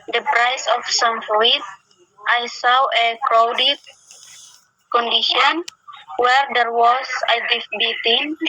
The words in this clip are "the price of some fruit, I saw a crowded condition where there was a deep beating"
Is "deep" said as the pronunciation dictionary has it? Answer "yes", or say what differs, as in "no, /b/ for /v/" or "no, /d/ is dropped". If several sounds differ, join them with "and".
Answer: no, /f/ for /p/